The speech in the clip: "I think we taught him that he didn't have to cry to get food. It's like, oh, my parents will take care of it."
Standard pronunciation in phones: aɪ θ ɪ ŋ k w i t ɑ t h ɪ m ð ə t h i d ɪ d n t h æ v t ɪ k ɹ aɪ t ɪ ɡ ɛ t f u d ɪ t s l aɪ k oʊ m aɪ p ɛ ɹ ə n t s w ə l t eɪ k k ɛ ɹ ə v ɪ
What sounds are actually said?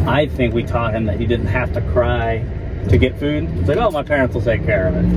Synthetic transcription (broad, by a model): aɪ θ ɪ ŋ k w i t ɑ t h ɪ m ð ə t h i d ɪ d n t h æ f t ɪ k ɹ aɪ t ɪ ɡ ɛ t f u d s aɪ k oʊ m aɪ p ɛ ɹ ə n t s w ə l t eɪ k k ɛ ɹ ə v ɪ